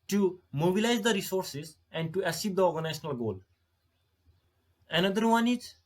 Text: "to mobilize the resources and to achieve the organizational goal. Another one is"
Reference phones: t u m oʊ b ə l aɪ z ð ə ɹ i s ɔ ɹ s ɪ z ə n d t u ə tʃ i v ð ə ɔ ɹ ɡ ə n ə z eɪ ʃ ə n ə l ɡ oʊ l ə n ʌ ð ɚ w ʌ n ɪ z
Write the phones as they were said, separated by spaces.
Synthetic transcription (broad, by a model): t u m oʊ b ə l aɪ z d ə ɹ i s ɔ ɹ s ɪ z ə n d t u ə s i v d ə ɔ ɹ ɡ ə n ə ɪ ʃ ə n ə l ɡ oʊ l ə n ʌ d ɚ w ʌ n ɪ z